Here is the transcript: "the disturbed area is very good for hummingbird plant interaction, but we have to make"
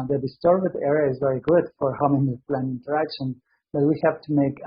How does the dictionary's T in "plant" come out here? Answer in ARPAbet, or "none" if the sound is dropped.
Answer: none